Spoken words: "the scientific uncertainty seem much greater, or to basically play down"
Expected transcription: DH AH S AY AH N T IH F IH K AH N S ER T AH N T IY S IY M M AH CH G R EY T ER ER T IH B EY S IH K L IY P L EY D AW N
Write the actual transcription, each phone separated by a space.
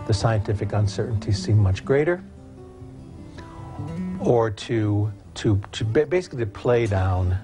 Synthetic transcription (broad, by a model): DH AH S AY AH N T IH F IH K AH N S ER T N T IY S IY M M AH CH G R EY T ER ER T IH B EY S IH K L IY P L EY D AW N